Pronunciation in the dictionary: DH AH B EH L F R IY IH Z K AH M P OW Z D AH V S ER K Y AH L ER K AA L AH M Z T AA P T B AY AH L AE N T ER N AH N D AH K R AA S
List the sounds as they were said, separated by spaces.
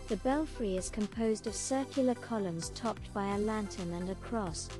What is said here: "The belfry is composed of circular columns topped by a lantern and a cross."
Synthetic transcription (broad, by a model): DH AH B EH L F R IY IH Z K AH M P OW Z D AH V S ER K Y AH L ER K AA L AH M Z T AA P T B AY AH L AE N T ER N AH N AH K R AA S